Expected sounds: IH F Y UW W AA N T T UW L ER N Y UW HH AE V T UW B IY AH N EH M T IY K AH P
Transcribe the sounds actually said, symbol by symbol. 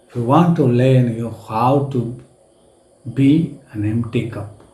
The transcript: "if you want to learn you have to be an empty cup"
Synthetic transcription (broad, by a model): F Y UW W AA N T T UW L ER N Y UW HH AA W T UW B IY AH N EH M T IY K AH P